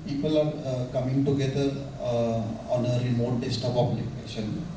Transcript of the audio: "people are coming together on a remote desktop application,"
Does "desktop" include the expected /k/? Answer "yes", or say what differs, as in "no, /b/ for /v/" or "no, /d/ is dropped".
no, /k/ is dropped